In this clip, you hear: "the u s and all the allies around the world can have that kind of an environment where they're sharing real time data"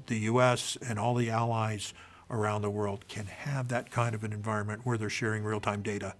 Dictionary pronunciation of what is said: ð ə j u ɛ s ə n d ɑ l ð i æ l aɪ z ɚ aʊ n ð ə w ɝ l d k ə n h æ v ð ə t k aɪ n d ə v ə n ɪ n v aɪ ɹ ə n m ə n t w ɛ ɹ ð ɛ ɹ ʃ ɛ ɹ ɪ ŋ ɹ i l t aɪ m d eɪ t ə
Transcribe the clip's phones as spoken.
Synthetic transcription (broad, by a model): ð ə j u ɛ s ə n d ɑ l ð i æ l aɪ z ɚ aʊ n ð ə w ɝ l d k ə n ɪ v ð ə t k aɪ n d ə v ə n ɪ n v aɪ ɹ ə n m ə n t w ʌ ɹ ð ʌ ɹ ʃ ɛ ɹ ɪ ŋ ɹ i l t aɪ m d eɪ t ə